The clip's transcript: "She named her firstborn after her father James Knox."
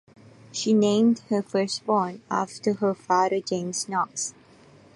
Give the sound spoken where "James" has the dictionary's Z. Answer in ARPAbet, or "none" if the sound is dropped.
S